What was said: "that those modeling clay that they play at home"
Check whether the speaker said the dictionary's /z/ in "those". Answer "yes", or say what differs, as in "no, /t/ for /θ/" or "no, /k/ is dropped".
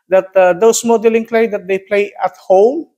no, /s/ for /z/